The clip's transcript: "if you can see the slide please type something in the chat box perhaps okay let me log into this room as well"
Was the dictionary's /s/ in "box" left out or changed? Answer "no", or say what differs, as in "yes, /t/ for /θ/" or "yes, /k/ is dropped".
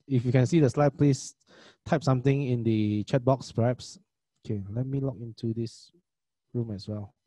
no